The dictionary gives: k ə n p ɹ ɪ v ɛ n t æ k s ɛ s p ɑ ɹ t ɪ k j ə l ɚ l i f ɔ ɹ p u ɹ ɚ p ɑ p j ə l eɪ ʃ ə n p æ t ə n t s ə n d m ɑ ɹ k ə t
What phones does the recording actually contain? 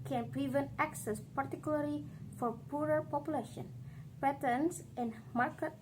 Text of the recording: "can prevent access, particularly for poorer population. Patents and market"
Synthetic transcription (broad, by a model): k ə n p ɹ ɪ v ɛ n t æ k s ɛ s p ɑ ɹ t ɪ k j ə l ɚ l i f ɔ ɹ p u ɹ ɚ p ɑ p j ə l eɪ ʃ ə n p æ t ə n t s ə n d m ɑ ɹ k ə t